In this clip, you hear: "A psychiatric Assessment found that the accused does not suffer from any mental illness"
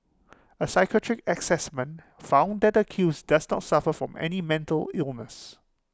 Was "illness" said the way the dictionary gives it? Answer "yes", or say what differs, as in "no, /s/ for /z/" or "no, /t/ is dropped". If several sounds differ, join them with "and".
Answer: yes